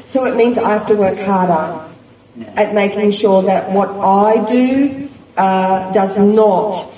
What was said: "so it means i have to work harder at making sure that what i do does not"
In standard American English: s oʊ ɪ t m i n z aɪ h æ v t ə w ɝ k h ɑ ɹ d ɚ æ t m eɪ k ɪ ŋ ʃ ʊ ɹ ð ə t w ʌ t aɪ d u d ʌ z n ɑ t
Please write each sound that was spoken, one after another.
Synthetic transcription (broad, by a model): s oʊ ɪ t m i n z aɪ h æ f t ə w ɝ k h ɑ ɹ d ɚ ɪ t m eɪ k ɪ ŋ ʃ ʊ ɹ ð ə t w ʌ t aɪ d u d ʌ z n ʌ t